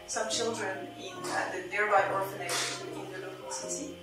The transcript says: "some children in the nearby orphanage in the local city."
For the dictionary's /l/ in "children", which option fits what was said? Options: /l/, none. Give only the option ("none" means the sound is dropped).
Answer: /l/